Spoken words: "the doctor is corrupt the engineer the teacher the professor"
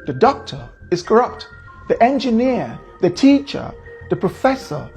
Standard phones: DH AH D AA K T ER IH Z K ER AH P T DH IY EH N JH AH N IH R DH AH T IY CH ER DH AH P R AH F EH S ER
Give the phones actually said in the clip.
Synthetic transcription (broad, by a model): DH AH D AA K T ER IH Z K ER AH P T DH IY EH N JH AH N IH R DH AH T IY CH ER DH AH P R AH F EH S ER